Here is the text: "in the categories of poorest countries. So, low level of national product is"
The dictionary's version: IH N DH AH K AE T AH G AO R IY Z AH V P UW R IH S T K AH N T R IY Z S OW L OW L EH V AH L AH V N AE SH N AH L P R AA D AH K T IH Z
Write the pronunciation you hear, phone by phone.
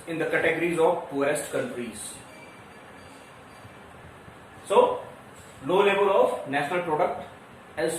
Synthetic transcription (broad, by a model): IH N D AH K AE T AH G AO R IY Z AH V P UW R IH S T K AH N T R IY Z S OW L OW L EH V AH L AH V N AE SH N AH L P R AA D AH K T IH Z